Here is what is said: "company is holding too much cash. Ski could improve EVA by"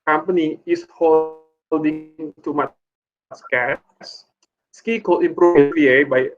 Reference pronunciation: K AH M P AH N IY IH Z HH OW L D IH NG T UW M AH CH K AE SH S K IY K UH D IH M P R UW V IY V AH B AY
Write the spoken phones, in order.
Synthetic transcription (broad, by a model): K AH M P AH N IY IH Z HH OW L D IH NG T UW M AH S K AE S S K IY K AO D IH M P R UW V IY AH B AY